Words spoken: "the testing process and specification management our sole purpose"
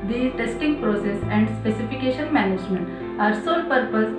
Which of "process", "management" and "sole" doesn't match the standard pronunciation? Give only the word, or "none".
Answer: none